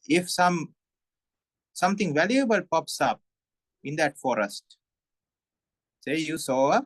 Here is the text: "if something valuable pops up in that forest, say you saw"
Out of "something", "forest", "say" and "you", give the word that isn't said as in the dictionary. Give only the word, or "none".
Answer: something